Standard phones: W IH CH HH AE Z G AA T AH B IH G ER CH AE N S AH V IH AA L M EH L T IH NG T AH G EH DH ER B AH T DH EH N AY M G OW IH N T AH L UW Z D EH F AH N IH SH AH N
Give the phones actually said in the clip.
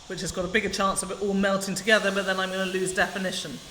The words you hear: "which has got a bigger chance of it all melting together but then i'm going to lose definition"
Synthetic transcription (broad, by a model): W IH CH HH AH Z G AA T AH B IH G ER CH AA N S AH V IH AA L M EH L T IH NG T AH G EH DH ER B AH T DH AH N AY M G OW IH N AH L UW Z D EH F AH N IH SH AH N